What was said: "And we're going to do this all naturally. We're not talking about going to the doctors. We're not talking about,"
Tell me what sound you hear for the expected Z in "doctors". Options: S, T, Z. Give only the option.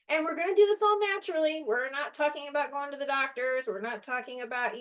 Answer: Z